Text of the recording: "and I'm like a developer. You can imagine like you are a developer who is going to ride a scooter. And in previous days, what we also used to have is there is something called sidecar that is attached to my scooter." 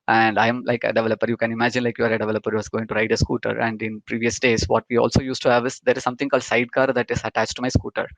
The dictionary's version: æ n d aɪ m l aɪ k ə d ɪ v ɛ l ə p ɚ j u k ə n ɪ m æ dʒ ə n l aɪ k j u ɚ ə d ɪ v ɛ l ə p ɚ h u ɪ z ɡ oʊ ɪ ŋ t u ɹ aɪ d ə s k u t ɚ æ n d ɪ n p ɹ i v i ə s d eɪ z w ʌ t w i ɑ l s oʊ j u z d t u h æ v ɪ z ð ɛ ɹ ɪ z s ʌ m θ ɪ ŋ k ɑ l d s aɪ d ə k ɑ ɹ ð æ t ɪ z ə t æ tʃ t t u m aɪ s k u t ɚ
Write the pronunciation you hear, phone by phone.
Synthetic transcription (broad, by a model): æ n d aɪ m l aɪ k ə d ɪ v ɛ l ə p ɚ j u k ə n ɪ m æ dʒ ə n l aɪ k j u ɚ ə d ɪ v ɛ l ə p ɚ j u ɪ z ɡ oʊ ɪ ŋ t u ɹ aɪ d ə s k u t ɚ æ n d ɪ n p ɹ i v i ə s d eɪ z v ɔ t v i ɑ l s oʊ j u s t u h æ v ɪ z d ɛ ɹ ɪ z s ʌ m t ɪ ŋ k ɑ l d s aɪ d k ɑ ɹ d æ t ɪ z ə t æ tʃ t t u m aɪ s k u t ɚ